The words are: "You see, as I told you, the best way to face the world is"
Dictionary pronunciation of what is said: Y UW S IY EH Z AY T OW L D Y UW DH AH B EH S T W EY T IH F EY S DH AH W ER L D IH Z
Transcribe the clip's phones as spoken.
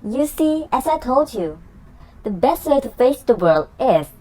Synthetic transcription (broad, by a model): Y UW S IY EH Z AY T OW L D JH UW DH AH B EH S T W EY T IH F EY S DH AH W ER L D IH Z